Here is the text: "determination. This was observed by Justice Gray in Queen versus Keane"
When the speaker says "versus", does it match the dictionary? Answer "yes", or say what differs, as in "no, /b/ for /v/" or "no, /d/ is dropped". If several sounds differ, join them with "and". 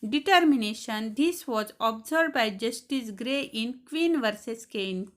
yes